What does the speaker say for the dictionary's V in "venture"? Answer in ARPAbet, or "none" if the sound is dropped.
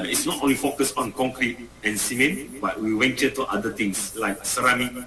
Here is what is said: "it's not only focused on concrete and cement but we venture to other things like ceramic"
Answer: W